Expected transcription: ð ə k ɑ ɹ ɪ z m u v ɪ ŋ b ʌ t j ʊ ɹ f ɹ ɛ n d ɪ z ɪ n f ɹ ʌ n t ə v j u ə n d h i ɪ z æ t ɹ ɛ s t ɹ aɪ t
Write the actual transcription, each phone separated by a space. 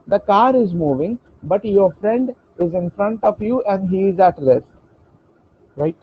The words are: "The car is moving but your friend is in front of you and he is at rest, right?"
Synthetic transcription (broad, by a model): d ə k ɑ ɹ ɪ z m u v ɪ ŋ b ʌ t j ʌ ɹ f ɹ ɛ n d ɪ z ɪ n f ɹ ʌ n t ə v j u ə n d h i ɪ z æ t l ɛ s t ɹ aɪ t